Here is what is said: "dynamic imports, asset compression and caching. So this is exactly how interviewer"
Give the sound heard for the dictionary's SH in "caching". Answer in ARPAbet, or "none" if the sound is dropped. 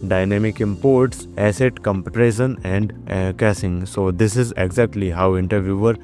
S